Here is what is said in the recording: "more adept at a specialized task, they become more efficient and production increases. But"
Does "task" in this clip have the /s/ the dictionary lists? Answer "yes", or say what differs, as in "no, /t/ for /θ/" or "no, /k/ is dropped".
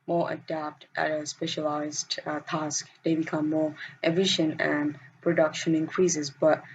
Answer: yes